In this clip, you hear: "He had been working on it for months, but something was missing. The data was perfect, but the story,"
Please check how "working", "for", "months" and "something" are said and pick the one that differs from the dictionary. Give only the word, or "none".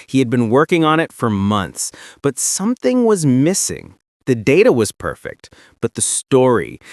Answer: none